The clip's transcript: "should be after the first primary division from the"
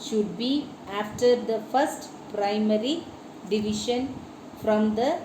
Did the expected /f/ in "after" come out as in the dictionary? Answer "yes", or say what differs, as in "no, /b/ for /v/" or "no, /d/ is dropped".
yes